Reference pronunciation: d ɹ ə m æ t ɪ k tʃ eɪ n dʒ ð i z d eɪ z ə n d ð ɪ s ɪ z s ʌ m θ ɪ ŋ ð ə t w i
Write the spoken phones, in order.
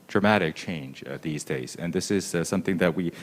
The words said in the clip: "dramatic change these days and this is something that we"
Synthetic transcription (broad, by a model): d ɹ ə m æ t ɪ k tʃ eɪ n dʒ ð i z d eɪ z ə n ð ɪ s ɪ z s ʌ m θ ɪ ŋ ð ə t w i